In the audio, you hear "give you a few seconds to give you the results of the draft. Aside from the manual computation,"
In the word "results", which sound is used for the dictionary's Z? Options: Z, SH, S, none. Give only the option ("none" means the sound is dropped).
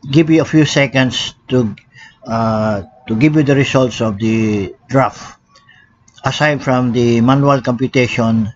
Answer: S